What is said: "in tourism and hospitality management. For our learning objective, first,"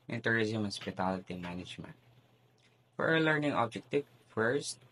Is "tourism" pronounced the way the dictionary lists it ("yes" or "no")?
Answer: yes